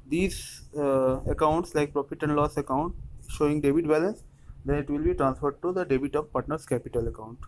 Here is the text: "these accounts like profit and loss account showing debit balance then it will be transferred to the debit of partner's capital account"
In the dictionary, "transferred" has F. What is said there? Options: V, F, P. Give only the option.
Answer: F